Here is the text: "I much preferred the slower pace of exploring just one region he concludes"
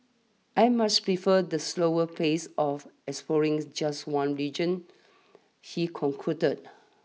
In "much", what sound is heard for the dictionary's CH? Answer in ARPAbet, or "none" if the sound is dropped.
S